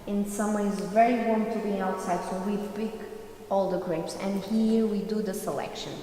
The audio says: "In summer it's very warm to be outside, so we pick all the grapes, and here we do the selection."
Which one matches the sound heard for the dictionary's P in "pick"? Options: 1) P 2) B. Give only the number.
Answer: 2